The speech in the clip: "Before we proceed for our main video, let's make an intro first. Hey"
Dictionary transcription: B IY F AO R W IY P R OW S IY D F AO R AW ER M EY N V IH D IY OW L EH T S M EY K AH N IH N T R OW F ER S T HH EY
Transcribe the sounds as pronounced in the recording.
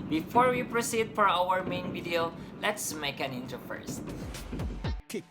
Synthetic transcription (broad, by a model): B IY F AO R W IY P R OW S IY D F AO R AW ER M EY N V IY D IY OW L EH T S M EY K AH N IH N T OW F ER S T